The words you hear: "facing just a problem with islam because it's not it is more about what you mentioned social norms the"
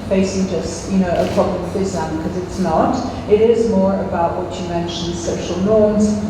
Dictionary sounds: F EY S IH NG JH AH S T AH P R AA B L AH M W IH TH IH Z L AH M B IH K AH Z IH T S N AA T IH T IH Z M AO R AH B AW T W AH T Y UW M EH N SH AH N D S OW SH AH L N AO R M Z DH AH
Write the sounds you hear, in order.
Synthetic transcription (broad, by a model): F EY S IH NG JH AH S T AH P R AA B L AH M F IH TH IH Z AH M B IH K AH Z IH T S N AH T IH T IH Z M AO R AH B AW T W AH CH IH M EH N SH AH N D S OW SH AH L N AO R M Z